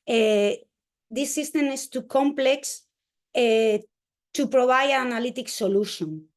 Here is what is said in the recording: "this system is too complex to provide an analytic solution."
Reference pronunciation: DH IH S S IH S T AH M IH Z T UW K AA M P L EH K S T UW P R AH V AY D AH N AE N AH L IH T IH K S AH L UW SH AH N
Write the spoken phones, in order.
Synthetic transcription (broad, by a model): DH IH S S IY S T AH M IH S T UW K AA M P L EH K S T UW P R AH B AY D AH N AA N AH L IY T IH K S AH L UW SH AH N